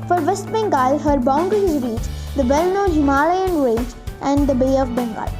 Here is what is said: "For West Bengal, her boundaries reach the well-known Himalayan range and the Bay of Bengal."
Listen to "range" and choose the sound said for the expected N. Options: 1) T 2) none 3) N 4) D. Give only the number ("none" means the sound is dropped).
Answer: 2